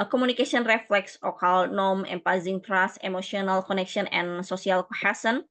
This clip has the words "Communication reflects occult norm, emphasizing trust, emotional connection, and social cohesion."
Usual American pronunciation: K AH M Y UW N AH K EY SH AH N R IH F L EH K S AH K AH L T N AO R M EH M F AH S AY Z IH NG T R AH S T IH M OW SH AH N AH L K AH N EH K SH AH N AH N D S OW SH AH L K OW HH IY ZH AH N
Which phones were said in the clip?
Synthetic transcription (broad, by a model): K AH M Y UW N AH K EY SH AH N R IH F L EH K S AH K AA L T N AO M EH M P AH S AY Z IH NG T R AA S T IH M OW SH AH N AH L K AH N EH K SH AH N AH N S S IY AH L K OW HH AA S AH N